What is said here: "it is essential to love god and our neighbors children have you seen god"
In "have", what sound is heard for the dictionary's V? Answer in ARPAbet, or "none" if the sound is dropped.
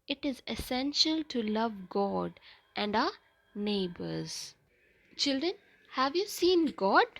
V